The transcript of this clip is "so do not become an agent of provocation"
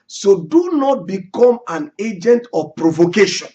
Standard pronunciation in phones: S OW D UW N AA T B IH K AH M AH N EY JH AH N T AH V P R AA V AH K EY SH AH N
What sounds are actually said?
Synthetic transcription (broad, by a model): S OW D UW N AA T B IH K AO M AH N EY JH AH N T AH P R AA V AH K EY SH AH N